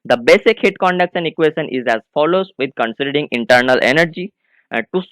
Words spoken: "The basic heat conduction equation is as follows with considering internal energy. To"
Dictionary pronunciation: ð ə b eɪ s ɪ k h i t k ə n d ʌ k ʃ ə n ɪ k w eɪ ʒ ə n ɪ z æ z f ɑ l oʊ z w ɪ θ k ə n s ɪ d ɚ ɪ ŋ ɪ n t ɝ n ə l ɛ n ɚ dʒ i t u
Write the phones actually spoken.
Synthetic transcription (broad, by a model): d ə b eɪ s ɪ k h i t k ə n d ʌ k s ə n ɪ k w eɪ ʃ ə n ɪ z æ z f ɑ l oʊ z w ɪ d k ə n s ɪ d ɚ ɪ ŋ ɪ n t ɝ n ə l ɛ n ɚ dʒ i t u